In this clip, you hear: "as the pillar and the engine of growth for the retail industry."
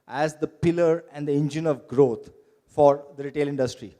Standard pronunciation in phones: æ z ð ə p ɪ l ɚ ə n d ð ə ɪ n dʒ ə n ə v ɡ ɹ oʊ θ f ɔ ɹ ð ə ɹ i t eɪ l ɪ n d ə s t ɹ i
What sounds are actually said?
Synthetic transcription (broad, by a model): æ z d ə p ɪ l ɚ ə n d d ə ɪ n dʒ ə n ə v ɡ ɹ oʊ t f ɔ ɹ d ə ɹ i t eɪ l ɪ n d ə s t ɹ i